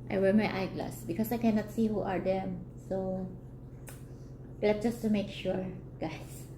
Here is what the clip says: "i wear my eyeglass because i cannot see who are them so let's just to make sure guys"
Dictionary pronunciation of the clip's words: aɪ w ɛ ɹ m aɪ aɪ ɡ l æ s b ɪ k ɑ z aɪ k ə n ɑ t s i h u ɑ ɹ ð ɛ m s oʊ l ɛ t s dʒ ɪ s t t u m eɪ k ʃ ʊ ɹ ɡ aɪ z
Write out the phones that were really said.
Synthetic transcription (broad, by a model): aɪ w ɛ ɹ m aɪ aɪ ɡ l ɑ s b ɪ k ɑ s aɪ k ə n ɑ t s i h u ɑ ɹ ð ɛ m s oʊ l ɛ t dʒ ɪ s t t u m eɪ k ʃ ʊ ɹ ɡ aɪ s